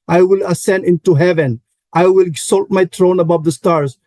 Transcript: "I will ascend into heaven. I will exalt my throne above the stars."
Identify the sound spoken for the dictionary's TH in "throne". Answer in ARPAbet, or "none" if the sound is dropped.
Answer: T